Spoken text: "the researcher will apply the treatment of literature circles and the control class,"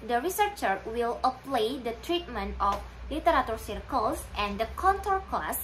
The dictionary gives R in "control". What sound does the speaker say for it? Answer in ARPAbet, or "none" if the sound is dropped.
none